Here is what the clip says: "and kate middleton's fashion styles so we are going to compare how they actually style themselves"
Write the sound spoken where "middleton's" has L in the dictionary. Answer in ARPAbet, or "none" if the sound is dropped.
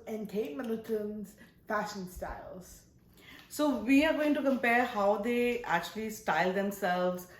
none